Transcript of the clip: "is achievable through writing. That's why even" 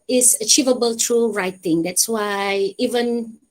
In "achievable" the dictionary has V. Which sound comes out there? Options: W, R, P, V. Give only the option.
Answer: V